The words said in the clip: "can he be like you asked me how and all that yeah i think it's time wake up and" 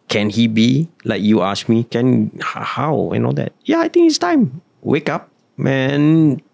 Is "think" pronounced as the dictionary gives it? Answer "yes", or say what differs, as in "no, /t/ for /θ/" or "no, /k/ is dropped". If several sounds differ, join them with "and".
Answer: no, /t/ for /θ/